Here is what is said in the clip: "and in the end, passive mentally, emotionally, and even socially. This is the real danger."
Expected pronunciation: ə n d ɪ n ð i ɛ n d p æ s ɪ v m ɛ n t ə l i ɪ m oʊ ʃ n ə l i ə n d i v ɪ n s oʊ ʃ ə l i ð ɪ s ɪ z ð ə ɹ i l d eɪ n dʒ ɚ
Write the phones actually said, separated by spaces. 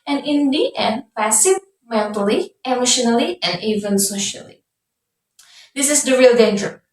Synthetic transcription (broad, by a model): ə n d ɪ n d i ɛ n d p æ s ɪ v m ɛ n t ə l i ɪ m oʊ ʃ n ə l i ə n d i v ɪ n s oʊ ʃ ə l i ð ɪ s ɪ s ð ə ɹ i l d eɪ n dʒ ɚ